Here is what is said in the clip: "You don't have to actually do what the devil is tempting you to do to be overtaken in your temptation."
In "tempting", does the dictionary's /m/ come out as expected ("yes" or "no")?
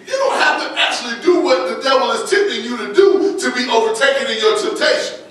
no